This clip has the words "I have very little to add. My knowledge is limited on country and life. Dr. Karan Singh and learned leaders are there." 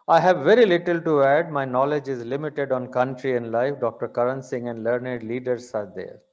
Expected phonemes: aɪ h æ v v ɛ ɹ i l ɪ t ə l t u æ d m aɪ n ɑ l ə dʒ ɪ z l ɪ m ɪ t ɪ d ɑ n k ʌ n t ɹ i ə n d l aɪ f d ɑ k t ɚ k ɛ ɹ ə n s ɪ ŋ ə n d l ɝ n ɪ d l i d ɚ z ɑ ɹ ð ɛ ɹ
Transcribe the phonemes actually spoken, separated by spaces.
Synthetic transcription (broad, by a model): aɪ h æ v v ɛ ɹ i l ɪ t ə l t u æ d m aɪ n ɑ l ə dʒ ɪ z l ɪ m ɪ t ɪ d ɑ n k ʌ n t ɹ i ə n d l aɪ f d ɑ k t ɚ k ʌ ɹ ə n s ɪ ŋ ə n d l ɝ n ɪ d l i d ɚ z ɑ ɹ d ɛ ɹ